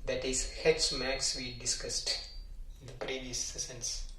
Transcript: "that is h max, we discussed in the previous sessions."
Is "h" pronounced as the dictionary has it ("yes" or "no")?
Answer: no